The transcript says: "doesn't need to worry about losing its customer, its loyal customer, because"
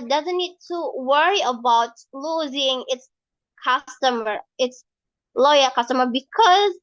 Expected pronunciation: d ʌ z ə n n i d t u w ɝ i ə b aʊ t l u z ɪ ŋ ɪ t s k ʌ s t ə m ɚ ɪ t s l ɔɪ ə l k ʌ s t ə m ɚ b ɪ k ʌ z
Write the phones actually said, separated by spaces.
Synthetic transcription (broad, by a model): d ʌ z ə n n i d t u w ɝ i ə b aʊ t l u z ɪ ŋ ɪ t s k ʌ s t ə m ɚ ɪ t s l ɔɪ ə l k ʌ s t ə m ɚ b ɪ k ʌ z